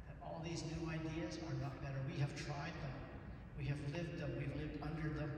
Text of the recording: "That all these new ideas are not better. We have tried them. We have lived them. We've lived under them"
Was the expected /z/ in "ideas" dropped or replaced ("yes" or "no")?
no